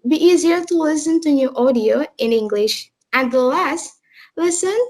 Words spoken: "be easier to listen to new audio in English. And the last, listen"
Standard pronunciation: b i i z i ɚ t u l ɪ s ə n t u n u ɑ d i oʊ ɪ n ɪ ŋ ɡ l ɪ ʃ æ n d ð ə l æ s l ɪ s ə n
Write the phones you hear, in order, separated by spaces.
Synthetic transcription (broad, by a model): b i i z i ɚ t u l ɪ s ə n t u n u ɑ d i oʊ ɪ n ɪ ŋ ɡ l ɪ ʃ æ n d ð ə l æ s l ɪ s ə n